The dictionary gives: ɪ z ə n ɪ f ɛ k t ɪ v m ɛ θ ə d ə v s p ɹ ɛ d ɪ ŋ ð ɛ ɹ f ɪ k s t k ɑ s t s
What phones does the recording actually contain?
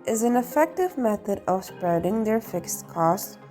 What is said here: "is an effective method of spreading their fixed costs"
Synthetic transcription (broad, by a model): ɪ z ə n ɪ f ɛ k t ɪ v m ɛ θ ə d ə v s p ɹ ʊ d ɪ ŋ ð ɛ ɹ f ɪ k s t k ɑ s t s